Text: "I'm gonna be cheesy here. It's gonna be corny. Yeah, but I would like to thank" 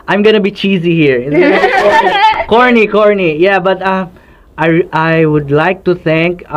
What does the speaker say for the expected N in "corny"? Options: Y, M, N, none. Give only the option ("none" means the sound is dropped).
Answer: N